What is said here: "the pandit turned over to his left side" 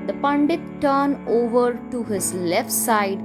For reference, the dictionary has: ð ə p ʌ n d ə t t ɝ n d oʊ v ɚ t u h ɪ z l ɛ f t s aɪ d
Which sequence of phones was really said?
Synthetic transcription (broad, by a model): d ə p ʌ n d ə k t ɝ n oʊ v ɚ t u h ɪ z l ɛ f t s aɪ d